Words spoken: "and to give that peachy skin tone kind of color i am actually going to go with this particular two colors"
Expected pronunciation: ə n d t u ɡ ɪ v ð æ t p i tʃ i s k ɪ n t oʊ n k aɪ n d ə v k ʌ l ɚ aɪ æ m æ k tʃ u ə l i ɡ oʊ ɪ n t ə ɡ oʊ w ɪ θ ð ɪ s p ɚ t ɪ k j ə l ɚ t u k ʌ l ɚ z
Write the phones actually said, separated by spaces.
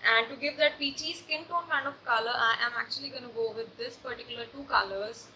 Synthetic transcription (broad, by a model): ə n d t u ɡ ɪ v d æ t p i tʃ i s k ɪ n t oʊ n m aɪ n ə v k ʌ l ɚ aɪ æ m æ k tʃ u ə l i ɡ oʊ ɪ n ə ɡ oʊ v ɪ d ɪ s p ɚ t ɪ k j ə l ɚ t u k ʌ l ɚ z